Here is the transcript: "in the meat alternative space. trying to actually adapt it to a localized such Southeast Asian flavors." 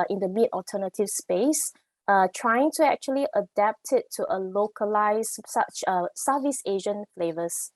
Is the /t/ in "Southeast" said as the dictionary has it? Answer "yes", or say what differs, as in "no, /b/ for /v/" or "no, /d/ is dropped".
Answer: no, /t/ is dropped